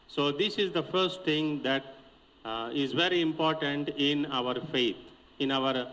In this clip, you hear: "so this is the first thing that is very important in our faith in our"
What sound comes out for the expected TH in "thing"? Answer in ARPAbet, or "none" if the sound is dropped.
T